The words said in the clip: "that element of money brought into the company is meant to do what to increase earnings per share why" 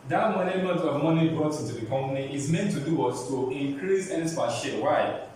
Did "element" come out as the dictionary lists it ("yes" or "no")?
no